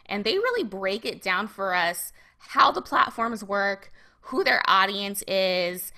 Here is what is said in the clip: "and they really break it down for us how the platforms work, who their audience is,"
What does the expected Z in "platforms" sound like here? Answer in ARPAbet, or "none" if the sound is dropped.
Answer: Z